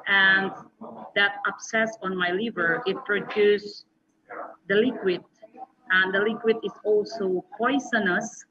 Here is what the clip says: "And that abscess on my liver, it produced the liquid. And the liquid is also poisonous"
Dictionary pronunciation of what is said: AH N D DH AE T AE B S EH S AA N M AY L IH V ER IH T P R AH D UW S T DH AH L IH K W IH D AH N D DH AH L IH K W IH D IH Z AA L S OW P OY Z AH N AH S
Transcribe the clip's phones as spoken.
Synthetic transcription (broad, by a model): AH N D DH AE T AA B S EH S AA N M AY L IH V ER IH T P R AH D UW S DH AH L IH K W IH D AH N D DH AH L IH K W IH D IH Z AA L S OW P OY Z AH N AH S